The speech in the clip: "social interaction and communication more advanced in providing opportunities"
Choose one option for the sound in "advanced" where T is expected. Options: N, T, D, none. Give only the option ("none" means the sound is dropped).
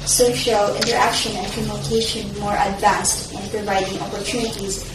T